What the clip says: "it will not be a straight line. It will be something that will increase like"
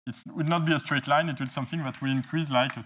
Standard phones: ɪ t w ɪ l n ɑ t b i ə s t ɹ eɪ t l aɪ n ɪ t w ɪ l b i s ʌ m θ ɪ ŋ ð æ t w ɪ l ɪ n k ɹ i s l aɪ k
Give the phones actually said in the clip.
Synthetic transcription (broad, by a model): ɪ t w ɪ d n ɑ t b i ə s t ɹ eɪ t l aɪ n ɪ t w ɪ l s ʌ m θ ɪ ŋ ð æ t w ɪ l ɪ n k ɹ i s l aɪ k